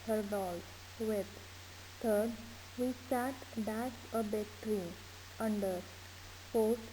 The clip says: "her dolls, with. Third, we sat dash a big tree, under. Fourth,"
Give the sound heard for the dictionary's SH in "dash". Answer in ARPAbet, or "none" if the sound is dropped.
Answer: S